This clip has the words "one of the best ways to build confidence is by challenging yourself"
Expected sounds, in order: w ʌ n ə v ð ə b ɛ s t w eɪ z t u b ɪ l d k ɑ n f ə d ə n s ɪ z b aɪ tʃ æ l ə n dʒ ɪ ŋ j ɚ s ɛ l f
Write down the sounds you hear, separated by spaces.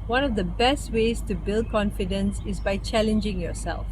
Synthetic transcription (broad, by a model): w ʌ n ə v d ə b ɛ s t w eɪ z t u b ɪ l d k ɑ n f ə d ə n s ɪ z b aɪ tʃ æ l ə n dʒ ɪ ŋ j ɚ s ɛ l f